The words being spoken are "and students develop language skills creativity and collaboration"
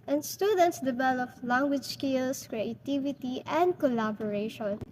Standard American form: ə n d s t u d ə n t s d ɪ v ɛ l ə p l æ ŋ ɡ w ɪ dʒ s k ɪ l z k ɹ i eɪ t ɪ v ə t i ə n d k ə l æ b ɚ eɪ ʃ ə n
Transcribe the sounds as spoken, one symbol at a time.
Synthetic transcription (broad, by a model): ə n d s t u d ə n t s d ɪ b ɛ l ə f l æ ŋ ɡ w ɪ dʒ s k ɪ l s k ɹ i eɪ t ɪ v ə t i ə n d k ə l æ b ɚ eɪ ʃ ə n